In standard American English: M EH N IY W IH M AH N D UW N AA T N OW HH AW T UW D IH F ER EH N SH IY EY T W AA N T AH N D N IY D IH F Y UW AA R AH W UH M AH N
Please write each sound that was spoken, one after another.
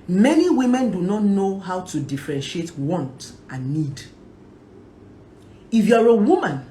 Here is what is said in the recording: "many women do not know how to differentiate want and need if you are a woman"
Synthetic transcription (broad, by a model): M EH N IY W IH M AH N D UW N AA T N OW HH AW T UW D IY F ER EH N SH IY EY T W AA N T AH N N IY D IH F Y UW AA R AH W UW M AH N